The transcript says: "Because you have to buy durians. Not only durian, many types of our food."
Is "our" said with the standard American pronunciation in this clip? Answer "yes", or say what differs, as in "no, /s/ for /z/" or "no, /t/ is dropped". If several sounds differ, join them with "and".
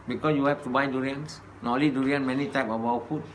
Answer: no, /w/ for /ɹ/